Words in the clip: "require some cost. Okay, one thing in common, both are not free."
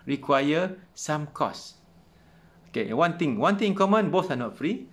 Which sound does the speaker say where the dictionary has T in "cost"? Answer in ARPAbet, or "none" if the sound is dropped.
none